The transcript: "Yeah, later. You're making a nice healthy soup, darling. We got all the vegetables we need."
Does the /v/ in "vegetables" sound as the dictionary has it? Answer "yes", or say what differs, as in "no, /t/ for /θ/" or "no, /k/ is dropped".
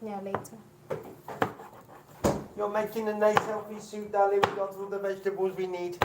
yes